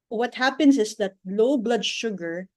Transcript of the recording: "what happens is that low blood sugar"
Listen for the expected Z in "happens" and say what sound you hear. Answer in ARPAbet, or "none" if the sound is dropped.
S